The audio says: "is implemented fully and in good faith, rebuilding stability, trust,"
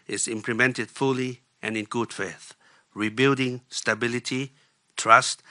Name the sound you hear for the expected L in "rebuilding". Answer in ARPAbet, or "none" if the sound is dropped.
L